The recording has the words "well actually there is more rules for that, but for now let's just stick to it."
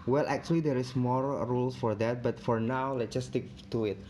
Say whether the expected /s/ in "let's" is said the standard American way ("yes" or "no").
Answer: no